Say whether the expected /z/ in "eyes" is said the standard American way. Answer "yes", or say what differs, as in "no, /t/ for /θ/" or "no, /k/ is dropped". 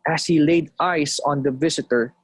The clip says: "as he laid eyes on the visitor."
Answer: no, /s/ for /z/